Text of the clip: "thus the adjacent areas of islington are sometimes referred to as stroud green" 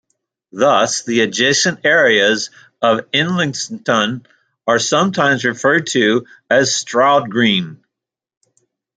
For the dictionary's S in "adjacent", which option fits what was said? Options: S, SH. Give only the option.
SH